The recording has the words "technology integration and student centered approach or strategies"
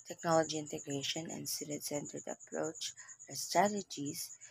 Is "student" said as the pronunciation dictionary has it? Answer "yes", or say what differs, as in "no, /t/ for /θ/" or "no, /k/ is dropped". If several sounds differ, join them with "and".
no, /n/ is dropped